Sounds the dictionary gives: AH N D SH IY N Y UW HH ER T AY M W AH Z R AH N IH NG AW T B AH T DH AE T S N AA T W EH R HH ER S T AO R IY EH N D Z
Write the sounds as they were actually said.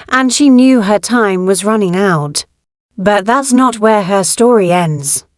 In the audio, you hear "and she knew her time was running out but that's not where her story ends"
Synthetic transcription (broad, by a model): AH N SH IY N Y UW ER T AY M W AH Z R AH N IH NG AW T B AH T DH AE T S N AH T W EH R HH ER S T AO R IY EH N D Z